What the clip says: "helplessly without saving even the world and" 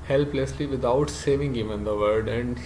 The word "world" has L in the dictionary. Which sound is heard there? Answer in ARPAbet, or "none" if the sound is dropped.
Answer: none